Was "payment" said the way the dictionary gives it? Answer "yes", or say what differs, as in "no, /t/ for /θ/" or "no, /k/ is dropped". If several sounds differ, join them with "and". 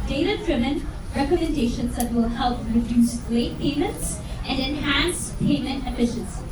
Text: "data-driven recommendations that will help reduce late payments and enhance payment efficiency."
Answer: yes